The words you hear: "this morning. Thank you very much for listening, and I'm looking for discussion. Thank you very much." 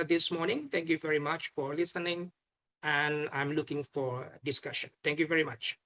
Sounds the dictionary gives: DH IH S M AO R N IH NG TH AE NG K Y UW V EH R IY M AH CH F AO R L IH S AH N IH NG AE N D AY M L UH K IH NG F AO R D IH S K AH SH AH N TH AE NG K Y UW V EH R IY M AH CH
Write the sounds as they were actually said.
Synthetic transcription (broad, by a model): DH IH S M AO R N IH NG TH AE NG K Y UW V EH R IY M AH CH F AO R L IH S AH N IH NG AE N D AY M L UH K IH NG F AO R D IH S K AH SH AH N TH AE NG K Y UW V EH R IY M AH CH